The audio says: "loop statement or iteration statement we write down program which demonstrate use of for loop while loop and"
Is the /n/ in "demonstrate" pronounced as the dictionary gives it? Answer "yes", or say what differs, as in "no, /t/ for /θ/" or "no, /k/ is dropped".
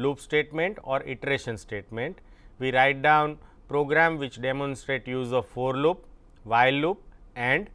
yes